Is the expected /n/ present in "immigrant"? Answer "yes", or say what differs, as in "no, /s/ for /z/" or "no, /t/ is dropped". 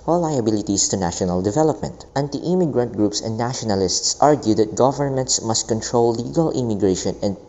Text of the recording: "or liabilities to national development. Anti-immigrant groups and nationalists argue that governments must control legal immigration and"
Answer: yes